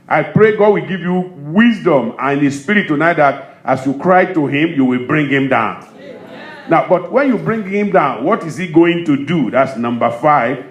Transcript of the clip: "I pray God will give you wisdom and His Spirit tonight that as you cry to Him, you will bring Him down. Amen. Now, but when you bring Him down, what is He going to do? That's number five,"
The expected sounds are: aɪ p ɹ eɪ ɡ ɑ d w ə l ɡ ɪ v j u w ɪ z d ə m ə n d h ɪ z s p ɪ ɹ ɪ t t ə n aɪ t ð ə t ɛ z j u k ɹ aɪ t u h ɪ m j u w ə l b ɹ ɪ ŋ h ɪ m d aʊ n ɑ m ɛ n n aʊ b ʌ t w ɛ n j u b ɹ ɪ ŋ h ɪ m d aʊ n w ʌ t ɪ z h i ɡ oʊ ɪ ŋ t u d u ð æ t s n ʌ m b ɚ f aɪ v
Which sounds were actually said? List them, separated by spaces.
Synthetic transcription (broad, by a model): aɪ p ɹ eɪ ɡ ɑ d w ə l ɡ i v j u w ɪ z d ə m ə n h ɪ s p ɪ ɹ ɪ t t ə n aɪ t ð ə t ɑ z j u k ɹ aɪ t u h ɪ m j u w ə l b ɹ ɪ ŋ h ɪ m d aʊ ɑ ʊ n n aʊ b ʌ t w ɛ n j u b ɹ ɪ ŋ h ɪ m d aʊ n w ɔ t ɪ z h i ɡ oʊ ɪ ŋ t u d u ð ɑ t s n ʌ m b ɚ f aɪ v